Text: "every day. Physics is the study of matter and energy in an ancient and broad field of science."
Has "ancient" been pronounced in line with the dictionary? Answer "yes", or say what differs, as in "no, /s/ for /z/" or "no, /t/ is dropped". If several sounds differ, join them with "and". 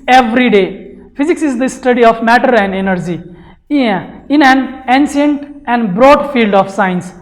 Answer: no, /s/ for /ʃ/